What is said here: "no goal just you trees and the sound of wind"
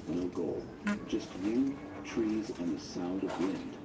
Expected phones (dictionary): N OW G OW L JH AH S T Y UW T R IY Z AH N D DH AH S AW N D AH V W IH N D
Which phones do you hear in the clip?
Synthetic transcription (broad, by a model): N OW G OW L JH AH S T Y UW T R IY Z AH N DH AH S AW N D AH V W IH N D